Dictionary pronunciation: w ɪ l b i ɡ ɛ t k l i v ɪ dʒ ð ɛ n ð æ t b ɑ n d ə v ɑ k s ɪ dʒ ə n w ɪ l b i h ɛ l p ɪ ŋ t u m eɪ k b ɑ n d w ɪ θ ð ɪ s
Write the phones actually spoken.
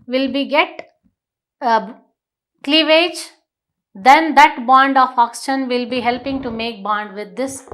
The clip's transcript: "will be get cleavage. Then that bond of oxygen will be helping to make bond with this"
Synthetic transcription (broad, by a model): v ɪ l b i ɡ ɛ t k l i v ɪ dʒ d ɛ n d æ t b ɑ n d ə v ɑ k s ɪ ʃ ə n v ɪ l b i h ɛ l p ɪ ŋ t u m eɪ k b ɑ n d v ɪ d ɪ s